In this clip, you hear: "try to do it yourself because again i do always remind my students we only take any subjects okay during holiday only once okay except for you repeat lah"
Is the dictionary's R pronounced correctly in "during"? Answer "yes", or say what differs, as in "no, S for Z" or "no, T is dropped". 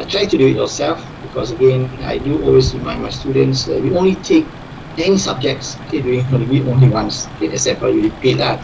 no, R is dropped